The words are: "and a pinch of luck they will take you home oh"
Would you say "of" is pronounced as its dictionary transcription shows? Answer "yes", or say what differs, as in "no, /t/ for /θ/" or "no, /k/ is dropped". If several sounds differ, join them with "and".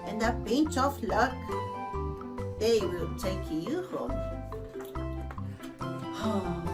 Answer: no, /f/ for /v/